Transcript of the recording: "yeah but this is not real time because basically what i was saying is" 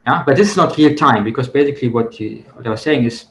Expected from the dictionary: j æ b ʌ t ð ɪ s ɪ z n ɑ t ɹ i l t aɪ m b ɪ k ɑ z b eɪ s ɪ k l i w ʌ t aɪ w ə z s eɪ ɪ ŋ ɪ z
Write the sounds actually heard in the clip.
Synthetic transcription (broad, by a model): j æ b ʌ t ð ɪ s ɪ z n ɑ t ɹ i l t aɪ m b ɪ k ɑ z b eɪ s ɪ k l i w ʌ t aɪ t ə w s eɪ ɪ ŋ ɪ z